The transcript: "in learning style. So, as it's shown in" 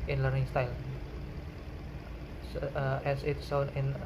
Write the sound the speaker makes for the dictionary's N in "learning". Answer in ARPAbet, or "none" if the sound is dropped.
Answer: N